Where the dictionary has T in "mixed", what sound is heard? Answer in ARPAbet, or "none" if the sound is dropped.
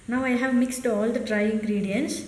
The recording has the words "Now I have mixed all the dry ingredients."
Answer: T